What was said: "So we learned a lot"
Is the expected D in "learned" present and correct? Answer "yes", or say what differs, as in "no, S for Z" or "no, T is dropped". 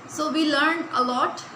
yes